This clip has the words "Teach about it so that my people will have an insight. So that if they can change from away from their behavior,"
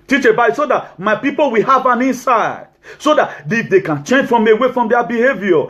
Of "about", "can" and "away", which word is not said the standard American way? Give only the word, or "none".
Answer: about